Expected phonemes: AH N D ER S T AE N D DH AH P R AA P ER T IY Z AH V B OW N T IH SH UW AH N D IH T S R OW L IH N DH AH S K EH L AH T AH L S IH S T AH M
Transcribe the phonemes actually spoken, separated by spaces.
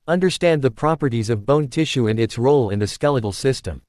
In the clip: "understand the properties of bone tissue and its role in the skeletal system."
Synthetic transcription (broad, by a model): AH N D ER S T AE N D DH AH P R AA P ER T IY Z AH V B OW N T IH SH UW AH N IH T S R OW L IH N DH AH S K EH L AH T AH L S IH S T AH M